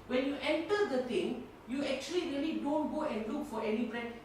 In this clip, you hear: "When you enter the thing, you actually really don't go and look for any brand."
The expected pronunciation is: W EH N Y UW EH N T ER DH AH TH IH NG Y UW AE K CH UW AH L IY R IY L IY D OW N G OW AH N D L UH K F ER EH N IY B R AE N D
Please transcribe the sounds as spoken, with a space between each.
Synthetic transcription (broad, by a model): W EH N Y UW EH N T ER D AH T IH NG Y UW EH K CH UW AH L IY R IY L IY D OW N G OW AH N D L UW K F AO EH N IY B R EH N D